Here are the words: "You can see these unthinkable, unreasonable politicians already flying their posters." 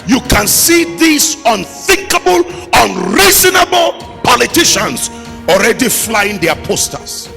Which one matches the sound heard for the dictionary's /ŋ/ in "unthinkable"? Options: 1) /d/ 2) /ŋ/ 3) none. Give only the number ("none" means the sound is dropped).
2